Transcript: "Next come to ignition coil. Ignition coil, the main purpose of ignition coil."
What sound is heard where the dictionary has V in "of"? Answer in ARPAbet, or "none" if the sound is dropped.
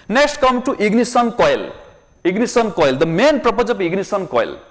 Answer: P